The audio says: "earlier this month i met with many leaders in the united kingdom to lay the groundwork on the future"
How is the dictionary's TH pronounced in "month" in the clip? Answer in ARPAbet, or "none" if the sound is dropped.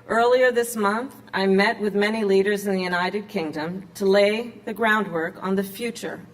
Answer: TH